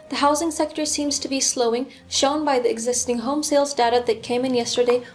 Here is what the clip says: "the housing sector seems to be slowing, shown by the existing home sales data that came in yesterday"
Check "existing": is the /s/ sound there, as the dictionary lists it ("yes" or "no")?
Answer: yes